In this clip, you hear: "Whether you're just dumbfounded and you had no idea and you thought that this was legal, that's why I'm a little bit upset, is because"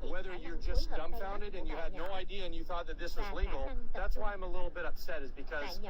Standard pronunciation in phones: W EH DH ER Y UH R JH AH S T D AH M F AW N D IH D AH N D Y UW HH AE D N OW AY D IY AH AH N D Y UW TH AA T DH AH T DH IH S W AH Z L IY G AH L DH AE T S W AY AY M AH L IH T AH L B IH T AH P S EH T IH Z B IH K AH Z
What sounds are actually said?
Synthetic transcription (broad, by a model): W EH DH ER Y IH JH AH S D AH M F AW N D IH D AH N Y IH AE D N OW AY D IY AH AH N Y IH TH AA T DH AH T DH IH S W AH Z L IY G L DH AE T S W AY AY M AH L IH T L B IH T AH P S EH T IH Z B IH K AH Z